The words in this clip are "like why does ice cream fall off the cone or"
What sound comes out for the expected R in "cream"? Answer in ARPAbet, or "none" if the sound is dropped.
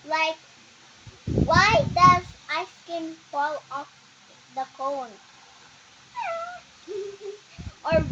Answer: none